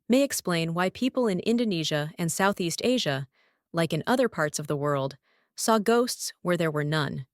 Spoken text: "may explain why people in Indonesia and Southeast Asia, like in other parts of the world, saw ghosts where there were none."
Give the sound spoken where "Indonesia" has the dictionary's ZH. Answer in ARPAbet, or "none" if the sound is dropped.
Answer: ZH